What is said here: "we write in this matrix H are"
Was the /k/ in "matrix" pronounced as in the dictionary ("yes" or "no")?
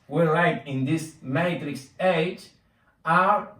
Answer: yes